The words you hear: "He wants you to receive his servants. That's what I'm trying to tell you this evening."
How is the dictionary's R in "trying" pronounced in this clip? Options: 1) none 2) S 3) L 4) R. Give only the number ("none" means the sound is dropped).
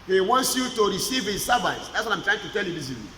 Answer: 4